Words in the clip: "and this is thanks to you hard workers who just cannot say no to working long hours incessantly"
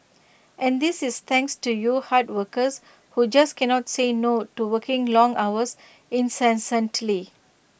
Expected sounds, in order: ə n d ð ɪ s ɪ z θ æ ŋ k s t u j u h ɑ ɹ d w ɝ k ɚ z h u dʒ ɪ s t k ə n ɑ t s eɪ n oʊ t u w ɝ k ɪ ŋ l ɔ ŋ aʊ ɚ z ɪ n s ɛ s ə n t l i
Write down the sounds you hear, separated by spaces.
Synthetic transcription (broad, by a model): ə n d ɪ s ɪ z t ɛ ŋ k s t u j u h ɑ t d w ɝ k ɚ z h u dʒ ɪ s k ə n ɑ t s eɪ n oʊ t u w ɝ k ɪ ŋ l ɔ ŋ aʊ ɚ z ɪ n s ɛ s ə n t l i